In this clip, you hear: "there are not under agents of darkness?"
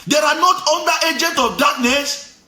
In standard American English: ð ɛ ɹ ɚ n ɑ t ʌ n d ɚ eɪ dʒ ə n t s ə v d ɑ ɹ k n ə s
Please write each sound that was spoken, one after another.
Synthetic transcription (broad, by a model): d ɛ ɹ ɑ n ɑ t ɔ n d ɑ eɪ dʒ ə n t ə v d ɑ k n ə s